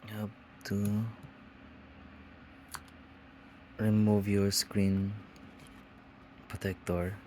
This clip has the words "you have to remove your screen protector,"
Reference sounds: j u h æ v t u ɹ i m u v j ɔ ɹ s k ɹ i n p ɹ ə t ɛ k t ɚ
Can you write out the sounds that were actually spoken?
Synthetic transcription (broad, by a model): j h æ b t u ɹ i m u v j ɔ ɹ s k ɹ i n p ɹ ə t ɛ k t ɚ